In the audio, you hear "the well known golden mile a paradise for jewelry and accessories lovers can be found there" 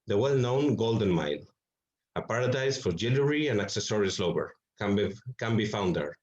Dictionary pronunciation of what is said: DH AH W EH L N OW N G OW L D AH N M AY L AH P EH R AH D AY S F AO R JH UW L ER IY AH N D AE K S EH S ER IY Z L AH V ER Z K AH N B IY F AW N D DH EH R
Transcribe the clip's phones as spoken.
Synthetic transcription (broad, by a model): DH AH W EH L N OW N G OW L D AH N M AY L AH P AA R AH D AY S F AO R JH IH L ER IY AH N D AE K S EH S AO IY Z L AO B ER K AH N B IY F AW N D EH R